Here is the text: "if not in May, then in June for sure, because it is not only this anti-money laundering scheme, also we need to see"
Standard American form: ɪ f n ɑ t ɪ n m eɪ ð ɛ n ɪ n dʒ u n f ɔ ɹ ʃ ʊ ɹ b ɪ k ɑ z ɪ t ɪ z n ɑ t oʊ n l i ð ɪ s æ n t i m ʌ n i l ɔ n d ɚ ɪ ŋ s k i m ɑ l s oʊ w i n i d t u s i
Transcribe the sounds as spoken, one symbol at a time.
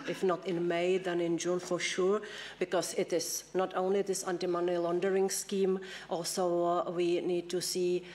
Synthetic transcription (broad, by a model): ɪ f n ɑ t ɪ n m eɪ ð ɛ n ɪ n dʒ u n f ɔ ɹ ʃ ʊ ɹ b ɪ k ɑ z ɪ t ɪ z n ɑ t oʊ n l i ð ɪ s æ n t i m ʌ n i l ɔ n d ɚ ɪ ŋ s k i m ɑ l s oʊ w i n i d t u s i